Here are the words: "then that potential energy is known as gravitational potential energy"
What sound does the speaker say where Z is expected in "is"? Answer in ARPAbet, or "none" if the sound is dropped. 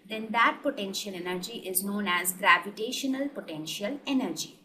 Z